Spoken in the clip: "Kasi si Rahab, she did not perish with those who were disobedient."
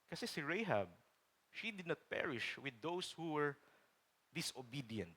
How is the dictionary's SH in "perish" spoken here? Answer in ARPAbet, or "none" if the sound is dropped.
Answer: SH